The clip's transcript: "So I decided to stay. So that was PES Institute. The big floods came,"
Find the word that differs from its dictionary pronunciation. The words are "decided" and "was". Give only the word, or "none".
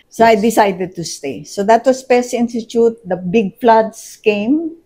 was